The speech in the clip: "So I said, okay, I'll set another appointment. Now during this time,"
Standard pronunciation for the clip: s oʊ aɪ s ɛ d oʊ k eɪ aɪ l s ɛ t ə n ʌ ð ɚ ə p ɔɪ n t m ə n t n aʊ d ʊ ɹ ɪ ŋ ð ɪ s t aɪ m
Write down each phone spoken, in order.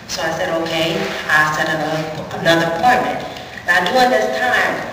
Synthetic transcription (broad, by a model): s oʊ aɪ s ɛ d oʊ k eɪ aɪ s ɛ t ə n ʌ ð ɚ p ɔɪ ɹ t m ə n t n aʊ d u ɪ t ð ɪ s t aɪ m